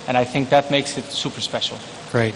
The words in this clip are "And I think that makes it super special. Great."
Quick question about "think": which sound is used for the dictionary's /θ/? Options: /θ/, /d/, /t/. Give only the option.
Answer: /θ/